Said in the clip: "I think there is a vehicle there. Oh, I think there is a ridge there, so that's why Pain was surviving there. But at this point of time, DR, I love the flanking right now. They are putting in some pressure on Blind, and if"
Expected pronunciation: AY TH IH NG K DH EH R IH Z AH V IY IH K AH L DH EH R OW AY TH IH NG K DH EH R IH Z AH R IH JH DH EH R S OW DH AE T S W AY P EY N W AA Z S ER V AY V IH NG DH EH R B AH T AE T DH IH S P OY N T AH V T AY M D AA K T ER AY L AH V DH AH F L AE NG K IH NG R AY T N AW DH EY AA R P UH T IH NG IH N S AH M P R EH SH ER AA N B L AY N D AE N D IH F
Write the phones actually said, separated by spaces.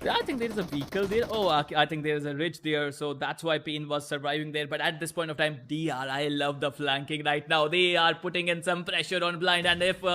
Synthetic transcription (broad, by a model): AY T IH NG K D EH R IH Z AH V IY K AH L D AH R OW AY T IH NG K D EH R IH Z AH R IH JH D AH R S OW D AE T S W AY P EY N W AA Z S ER V AY V IH NG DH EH R B AH T AE T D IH S P OY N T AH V T AY M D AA T AY L AH V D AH F L AE NG K IH NG R AY T N AW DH EY AA R P UH T IH NG IH N S AH M P R EH SH ER AA N B L AY N D AE N D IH F